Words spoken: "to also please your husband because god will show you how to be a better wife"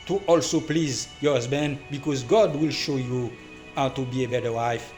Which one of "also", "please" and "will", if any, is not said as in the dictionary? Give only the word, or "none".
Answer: none